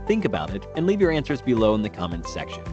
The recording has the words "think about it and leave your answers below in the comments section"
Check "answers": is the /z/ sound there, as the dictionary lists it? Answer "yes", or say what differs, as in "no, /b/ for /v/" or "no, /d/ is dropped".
yes